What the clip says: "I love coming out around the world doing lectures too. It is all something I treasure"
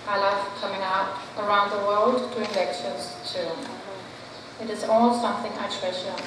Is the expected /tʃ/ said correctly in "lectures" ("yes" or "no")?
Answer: no